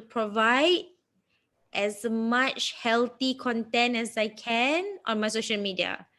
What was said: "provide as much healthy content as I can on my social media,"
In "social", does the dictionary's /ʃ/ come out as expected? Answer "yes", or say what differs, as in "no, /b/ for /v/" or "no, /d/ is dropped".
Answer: yes